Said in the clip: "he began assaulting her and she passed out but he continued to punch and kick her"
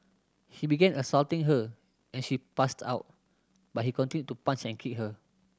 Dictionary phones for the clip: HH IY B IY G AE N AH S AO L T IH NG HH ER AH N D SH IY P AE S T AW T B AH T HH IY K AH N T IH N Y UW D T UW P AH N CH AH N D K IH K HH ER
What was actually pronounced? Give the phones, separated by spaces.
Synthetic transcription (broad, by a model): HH IY B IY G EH N AH S AO L T IH NG HH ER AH N SH IY P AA S T AW T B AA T HH IY K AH N T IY N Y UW T UW P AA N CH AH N K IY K HH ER